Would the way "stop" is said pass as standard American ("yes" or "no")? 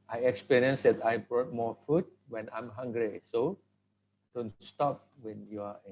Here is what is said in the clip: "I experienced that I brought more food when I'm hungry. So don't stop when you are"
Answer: yes